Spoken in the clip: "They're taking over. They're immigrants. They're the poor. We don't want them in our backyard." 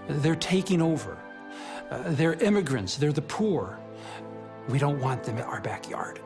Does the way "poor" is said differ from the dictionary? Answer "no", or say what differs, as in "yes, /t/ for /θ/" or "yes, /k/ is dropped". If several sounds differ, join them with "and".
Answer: no